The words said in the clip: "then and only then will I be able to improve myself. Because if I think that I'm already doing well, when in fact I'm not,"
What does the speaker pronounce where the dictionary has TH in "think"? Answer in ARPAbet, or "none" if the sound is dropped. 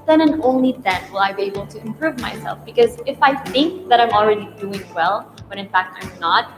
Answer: TH